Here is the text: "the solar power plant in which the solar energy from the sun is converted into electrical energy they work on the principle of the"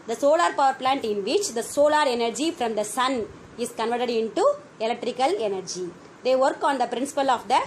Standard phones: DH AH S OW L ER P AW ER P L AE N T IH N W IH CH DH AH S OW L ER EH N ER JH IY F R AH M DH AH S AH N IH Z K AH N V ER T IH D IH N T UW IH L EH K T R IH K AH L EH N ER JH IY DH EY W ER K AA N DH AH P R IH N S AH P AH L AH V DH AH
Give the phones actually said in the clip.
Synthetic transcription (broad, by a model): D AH S OW L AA P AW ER P L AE N T IH N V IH CH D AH S OW L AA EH N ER JH IY F R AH M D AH S AH N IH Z K AH N V ER T IH D IH N T UW IH L EH K T R IH K AH L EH N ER JH IY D EY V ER K AA N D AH P R IH N S AH P AH L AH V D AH